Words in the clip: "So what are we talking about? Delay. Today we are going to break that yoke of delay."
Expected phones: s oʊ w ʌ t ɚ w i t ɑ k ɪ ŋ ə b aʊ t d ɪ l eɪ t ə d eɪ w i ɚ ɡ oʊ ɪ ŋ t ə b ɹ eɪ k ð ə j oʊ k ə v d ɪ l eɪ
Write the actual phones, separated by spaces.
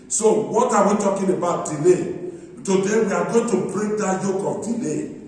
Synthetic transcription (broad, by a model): s oʊ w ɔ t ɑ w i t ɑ k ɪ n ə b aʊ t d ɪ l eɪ t ə d eɪ w i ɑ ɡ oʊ t ə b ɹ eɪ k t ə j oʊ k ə p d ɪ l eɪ